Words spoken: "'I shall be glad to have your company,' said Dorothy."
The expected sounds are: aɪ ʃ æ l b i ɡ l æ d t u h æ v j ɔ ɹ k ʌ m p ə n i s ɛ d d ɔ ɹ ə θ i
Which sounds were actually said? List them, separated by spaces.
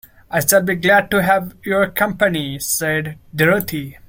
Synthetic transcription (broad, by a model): aɪ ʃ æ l b i ɡ l æ d t u h æ v j ɔ ɹ k ʌ m p ə n i s ɛ d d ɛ ɹ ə t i